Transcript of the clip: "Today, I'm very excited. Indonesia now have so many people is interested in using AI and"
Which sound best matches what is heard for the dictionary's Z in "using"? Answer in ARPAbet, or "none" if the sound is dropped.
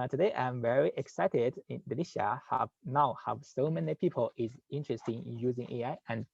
Z